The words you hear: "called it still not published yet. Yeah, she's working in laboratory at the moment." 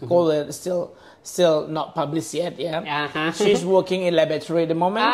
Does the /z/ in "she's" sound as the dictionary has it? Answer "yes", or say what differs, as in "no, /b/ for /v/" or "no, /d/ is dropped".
no, /s/ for /z/